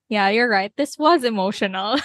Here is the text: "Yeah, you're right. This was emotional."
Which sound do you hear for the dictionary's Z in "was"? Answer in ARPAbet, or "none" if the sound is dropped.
Z